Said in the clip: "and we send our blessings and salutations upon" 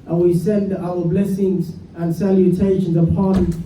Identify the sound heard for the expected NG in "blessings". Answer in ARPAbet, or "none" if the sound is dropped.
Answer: NG